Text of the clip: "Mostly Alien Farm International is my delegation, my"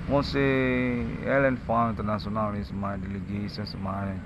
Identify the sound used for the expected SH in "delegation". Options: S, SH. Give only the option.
S